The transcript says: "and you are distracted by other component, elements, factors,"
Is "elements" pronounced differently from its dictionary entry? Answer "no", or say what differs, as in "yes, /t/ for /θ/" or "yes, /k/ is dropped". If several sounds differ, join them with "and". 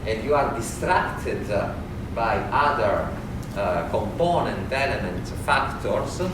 yes, /s/ is dropped